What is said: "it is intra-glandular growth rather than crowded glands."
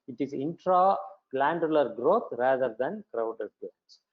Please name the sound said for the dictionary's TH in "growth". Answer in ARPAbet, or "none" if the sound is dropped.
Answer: T